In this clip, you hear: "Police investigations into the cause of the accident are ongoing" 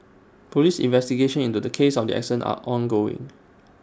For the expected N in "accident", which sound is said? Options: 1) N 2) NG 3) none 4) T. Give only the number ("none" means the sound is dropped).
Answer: 3